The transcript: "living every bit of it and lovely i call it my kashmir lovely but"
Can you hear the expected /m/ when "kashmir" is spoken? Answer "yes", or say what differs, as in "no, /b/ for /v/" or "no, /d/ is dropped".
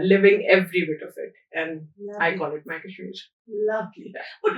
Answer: no, /m/ is dropped